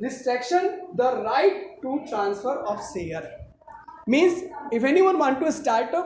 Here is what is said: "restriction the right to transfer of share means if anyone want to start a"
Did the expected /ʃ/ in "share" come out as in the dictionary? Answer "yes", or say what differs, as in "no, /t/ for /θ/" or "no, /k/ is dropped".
no, /s/ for /ʃ/